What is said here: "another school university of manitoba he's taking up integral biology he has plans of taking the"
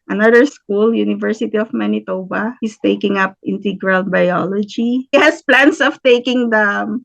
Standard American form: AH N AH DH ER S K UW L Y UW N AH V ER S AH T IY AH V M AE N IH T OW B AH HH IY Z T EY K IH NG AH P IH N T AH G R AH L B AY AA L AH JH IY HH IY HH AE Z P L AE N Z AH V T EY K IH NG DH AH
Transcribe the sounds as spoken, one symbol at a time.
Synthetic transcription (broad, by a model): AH N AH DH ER S K UW L Y UW N AH V ER S AH T IY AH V M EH N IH T OW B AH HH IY S T EY K IH NG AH P IH N T AH G R AH L B AY AA L AH JH IY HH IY HH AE S P L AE N S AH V T EY K IH NG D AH